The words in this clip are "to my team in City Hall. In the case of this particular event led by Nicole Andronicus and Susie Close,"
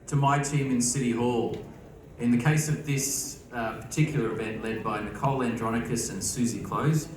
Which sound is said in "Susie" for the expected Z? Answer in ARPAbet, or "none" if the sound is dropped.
Z